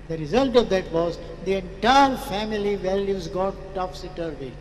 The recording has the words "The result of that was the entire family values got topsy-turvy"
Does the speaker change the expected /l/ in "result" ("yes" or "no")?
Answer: no